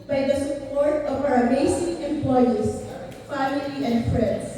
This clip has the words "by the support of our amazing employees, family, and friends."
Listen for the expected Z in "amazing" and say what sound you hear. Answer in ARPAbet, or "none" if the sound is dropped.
S